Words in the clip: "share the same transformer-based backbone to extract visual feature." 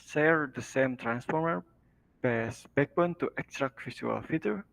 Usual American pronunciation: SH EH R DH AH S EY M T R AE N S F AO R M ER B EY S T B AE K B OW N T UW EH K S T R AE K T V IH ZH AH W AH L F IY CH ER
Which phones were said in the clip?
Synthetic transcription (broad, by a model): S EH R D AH S EY M T R AE N S F AO R M ER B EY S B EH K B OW N T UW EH K S T R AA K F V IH S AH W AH L F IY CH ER